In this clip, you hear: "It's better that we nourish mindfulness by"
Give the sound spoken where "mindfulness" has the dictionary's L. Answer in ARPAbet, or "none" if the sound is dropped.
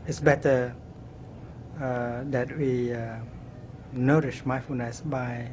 none